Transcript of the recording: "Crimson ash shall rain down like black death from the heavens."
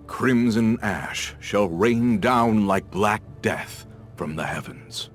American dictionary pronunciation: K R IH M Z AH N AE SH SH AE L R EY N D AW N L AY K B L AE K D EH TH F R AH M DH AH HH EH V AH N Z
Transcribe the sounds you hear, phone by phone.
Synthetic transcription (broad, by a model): K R IH M Z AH N AE SH SH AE L R EY N D AW N L AY K B L AE K D EH TH F R AH M DH AH HH EH V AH N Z